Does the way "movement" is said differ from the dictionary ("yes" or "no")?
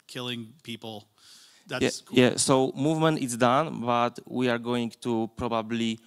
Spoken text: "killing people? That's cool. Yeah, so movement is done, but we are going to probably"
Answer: no